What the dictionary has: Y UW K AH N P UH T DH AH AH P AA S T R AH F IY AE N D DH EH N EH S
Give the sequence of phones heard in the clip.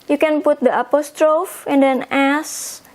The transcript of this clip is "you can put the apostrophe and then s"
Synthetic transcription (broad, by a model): Y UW K AH N P UH T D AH AH P AA S T R AH F IY N D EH N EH S